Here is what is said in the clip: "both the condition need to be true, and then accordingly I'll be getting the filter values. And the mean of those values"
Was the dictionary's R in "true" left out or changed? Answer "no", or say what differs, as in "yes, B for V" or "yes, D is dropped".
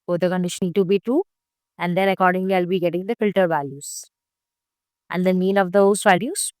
yes, R is dropped